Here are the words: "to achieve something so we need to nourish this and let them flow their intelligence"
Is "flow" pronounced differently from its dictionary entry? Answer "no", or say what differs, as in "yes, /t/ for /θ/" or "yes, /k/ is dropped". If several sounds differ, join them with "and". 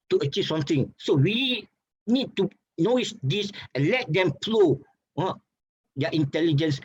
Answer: yes, /p/ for /f/